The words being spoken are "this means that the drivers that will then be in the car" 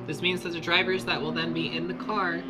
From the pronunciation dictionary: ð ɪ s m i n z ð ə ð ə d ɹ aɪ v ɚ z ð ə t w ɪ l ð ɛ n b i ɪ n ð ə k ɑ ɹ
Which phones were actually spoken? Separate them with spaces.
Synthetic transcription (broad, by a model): ð ɪ s m i n z ð ə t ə d ɹ aɪ v ɚ z ð ə t w ɪ l ð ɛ n b i ɪ n ð ə k ɑ ɹ